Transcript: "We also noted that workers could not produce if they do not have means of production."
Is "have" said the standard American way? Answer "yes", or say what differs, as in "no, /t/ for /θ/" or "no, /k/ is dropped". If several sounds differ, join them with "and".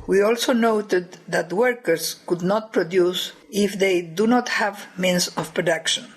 yes